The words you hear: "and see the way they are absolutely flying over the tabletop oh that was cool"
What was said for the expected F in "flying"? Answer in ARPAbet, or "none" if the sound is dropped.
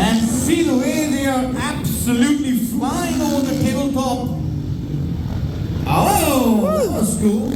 F